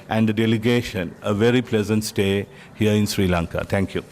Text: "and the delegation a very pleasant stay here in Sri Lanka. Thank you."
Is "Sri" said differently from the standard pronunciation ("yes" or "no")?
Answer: no